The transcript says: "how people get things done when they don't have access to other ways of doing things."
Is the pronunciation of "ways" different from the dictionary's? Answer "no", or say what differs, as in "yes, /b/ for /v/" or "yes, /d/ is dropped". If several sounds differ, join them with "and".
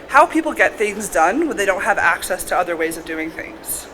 no